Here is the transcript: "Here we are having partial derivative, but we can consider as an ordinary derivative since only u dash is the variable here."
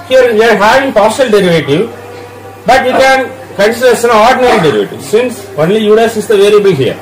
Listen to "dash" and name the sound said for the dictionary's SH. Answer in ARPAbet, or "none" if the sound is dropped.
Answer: S